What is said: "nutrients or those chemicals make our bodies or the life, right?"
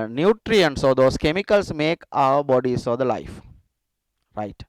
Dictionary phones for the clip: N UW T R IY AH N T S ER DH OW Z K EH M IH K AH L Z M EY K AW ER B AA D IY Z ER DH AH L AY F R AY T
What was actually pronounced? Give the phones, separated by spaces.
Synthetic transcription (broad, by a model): N UW T R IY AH N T S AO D OW S K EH M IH K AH L S M EY K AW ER B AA D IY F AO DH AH L AY F R AY T